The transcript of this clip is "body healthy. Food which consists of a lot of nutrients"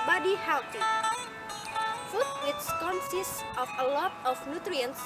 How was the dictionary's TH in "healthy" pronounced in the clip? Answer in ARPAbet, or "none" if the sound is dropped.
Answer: T